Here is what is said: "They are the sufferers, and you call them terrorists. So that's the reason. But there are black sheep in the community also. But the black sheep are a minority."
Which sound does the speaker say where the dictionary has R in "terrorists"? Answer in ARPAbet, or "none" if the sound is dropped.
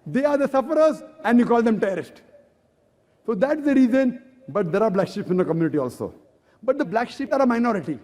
none